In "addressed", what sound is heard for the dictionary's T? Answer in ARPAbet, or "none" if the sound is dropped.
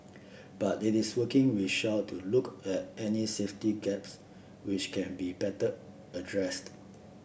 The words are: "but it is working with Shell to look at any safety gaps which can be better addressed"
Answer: T